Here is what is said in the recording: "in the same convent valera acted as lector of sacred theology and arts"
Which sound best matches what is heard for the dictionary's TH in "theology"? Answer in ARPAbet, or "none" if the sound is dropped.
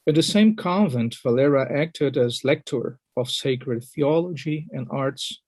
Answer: TH